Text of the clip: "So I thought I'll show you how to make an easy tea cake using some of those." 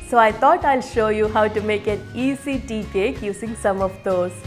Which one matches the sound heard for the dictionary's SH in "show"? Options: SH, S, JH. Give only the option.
SH